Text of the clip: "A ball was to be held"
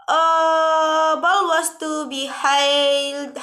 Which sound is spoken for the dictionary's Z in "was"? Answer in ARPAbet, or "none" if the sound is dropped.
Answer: S